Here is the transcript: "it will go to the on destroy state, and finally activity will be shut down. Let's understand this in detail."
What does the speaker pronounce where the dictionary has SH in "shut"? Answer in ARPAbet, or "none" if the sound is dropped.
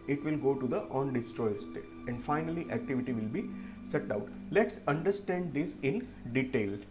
S